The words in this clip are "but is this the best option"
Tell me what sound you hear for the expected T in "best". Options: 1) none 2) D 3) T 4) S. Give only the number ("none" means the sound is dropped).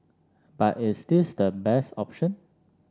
3